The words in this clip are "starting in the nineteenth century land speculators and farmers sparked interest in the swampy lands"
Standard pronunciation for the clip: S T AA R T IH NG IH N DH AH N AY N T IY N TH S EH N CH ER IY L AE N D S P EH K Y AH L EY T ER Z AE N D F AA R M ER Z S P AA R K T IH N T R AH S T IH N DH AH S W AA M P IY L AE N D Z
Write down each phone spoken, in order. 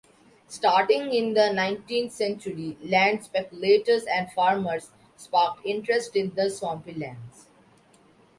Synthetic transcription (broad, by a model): S T AA R T IH NG IH N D AH N AY N T IY N T S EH N CH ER IY L AE N D S P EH K Y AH L EY T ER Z AE N D F AA R M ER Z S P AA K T IH N T R AH S T IH N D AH S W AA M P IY L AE N D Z